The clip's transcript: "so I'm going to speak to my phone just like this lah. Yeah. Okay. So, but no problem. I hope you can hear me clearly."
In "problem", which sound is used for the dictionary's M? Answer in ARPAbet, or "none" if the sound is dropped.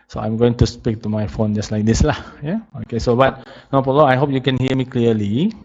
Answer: none